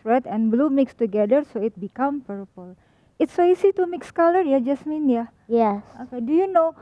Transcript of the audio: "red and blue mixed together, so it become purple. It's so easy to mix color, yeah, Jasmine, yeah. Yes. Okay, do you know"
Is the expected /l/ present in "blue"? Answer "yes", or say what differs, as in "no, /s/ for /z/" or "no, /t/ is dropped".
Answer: yes